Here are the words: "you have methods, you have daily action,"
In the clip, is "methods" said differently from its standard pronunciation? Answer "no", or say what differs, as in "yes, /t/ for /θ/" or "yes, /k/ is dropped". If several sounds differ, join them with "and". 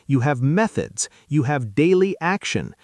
no